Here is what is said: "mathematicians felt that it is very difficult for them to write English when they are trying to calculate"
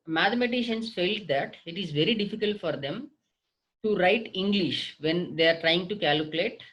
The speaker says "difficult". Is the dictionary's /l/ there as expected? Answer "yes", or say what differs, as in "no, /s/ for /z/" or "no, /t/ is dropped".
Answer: yes